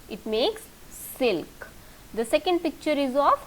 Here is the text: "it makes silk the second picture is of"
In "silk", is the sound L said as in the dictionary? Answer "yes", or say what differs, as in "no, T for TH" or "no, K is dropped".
yes